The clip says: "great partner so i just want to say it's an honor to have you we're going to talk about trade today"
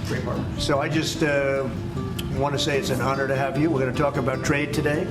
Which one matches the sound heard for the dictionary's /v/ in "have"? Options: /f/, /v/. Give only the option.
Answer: /v/